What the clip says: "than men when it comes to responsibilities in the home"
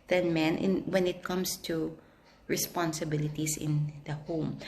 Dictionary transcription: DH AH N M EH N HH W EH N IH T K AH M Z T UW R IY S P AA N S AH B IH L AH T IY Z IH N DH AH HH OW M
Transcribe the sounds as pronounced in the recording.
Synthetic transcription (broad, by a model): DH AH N M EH N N W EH N IH T K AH M S T UW R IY S P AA N S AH B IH L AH T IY S IH N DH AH HH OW M